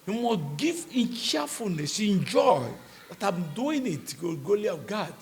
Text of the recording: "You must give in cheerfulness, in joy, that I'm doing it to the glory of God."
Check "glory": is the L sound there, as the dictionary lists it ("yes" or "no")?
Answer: no